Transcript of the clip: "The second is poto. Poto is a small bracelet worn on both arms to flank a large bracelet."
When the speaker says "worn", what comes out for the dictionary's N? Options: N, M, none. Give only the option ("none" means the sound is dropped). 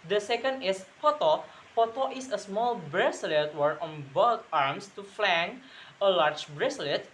none